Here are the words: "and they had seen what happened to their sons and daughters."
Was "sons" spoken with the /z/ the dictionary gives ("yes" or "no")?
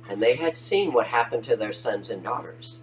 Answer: yes